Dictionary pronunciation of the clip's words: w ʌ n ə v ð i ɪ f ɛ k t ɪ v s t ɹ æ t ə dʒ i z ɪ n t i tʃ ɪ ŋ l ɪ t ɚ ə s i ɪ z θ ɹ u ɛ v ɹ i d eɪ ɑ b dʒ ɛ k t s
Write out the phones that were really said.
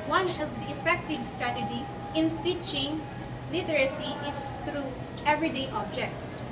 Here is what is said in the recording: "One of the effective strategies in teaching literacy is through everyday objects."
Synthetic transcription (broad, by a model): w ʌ n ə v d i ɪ f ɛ k t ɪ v s t ɹ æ t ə dʒ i ɪ n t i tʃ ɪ ŋ l ɪ t ɚ ə s i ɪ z t ɹ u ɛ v ɹ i d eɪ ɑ b dʒ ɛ k t s